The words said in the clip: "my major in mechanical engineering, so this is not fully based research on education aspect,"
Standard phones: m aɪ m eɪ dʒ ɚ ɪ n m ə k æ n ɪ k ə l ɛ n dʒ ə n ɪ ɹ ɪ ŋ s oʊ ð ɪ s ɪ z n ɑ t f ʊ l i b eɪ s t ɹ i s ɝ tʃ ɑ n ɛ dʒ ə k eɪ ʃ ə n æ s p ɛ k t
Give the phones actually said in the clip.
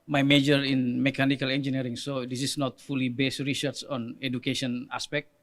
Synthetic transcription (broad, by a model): m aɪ m eɪ dʒ ɚ ɪ n m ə k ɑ n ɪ k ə l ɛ n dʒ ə n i ɹ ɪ ŋ s oʊ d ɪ s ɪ s n ɑ t f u l i b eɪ s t ɹ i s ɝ s ɑ n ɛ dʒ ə k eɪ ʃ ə n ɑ s p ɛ k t